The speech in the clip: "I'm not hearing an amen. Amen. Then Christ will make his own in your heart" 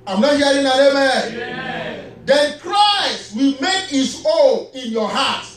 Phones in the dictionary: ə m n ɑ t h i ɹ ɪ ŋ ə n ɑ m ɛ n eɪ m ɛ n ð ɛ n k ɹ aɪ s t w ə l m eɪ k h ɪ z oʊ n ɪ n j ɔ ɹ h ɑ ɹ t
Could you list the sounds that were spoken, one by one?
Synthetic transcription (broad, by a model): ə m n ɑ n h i ɪ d ə n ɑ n eɪ m ɛ n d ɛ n k ɹ aɪ s t w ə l m eɪ k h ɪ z oʊ ɪ n j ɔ h ɑ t